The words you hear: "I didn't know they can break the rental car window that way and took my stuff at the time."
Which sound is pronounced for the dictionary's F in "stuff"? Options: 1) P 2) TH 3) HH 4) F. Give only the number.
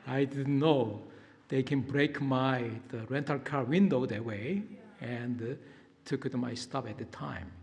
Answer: 1